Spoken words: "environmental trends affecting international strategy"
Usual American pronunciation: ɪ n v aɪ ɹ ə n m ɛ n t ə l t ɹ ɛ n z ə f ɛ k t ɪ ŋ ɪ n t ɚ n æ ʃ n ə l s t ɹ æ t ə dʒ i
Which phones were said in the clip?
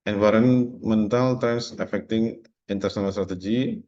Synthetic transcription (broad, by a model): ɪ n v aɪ ɹ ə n m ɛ n t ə l t ɹ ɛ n s ə f ɛ k t ɪ ŋ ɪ n t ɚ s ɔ n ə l s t ɹ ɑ t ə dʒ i